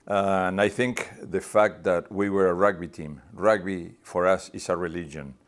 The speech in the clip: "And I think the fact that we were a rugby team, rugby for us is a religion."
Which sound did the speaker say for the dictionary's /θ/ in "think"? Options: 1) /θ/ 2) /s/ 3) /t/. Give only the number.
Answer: 1